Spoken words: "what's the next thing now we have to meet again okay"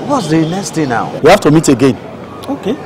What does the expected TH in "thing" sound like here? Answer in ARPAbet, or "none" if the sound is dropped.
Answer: T